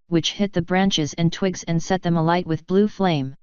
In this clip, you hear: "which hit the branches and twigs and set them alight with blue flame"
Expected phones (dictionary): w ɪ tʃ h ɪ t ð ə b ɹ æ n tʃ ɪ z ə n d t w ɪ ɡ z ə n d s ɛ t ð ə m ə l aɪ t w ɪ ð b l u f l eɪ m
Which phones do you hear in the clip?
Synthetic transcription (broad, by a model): w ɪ tʃ h ɪ t ð ə b ɹ æ n tʃ ɪ z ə n t w ɪ ɡ z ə n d s ɛ t ð ə m ə l aɪ t w ɪ ð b l u f l eɪ m